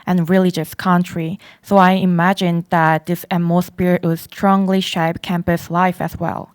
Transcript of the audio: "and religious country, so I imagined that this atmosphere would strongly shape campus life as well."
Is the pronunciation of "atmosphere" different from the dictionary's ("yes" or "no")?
yes